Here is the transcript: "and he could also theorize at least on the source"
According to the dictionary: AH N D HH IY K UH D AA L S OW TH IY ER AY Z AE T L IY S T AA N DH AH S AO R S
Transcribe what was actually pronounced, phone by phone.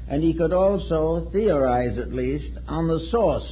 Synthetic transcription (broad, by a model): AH N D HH IY K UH D AA L S OW TH IY ER AY Z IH T L IY S T N DH AH S AO R S